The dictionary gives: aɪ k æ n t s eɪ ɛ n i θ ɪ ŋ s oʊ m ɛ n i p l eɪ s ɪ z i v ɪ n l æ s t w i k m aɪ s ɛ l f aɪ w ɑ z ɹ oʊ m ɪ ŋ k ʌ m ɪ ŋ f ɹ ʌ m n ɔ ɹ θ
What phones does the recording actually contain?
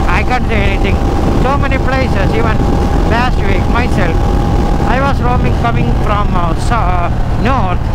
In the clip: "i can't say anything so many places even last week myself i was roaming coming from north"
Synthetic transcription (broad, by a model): aɪ k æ n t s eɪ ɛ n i t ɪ ŋ s oʊ m ɛ n i p l eɪ s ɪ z i v ɪ n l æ s t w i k m aɪ s ɛ l f aɪ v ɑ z ɹ oʊ m ɪ ŋ k ʌ m ɪ ŋ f ɹ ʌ m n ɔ